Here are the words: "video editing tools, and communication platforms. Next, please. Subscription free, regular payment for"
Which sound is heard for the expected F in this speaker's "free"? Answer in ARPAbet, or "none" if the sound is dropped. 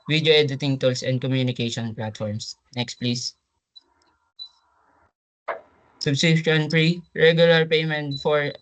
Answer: P